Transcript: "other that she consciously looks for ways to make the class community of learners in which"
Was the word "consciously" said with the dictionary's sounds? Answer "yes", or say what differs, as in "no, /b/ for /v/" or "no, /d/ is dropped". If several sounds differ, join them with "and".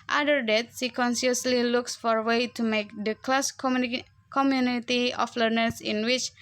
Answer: no, /s/ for /ʃ/